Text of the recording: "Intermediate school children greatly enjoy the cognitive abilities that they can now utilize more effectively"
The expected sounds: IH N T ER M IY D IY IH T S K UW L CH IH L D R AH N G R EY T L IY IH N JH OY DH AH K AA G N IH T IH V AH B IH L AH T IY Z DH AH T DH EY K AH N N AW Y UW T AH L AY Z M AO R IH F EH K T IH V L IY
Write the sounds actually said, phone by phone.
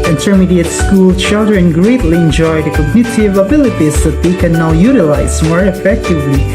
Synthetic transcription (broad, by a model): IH N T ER M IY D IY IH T S K UW L CH IH L D R AH N G R EY T L IY IH N JH OY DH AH K AA G N IH T IH V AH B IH L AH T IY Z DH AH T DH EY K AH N N AW Y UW T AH L AY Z M AO R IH F EH K T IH V L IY